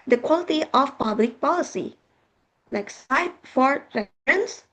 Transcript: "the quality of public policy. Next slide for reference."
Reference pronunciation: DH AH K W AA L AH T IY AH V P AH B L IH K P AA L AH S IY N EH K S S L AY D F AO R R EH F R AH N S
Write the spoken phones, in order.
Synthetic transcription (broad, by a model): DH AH K W AA L AH T IY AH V P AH B L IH K P AA L AH S IY L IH K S S AY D F AO R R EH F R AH N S